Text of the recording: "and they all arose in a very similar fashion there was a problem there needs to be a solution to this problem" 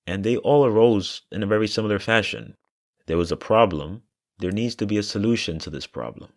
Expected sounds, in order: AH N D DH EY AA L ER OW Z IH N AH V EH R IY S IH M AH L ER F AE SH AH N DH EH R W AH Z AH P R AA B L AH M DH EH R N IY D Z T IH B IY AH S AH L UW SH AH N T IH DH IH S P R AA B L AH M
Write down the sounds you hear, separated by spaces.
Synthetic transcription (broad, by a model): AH N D DH EY AA L ER OW Z IH N AH V EH R IY S IH M L ER F AE SH AH N DH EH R W AH Z AH P R AA B L AH M DH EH R N IY D Z T IH B IY AH S AH L UW SH AH N T IH DH IH S P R AA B L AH M